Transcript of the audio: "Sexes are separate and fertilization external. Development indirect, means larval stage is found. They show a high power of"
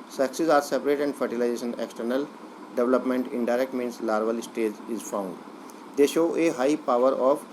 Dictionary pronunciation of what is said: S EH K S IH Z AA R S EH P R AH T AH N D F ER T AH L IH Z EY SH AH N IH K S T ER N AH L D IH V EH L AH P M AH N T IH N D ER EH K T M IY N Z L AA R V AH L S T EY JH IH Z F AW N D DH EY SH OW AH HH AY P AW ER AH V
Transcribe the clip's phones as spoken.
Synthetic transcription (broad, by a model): S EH K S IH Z AA R S EH P R AH T AH N D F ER T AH L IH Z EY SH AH N IH K S T ER N AH L D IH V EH L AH P M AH N T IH N D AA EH K T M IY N S L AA R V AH L S T EY JH IH Z F AW N D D EY SH OW AH HH AY P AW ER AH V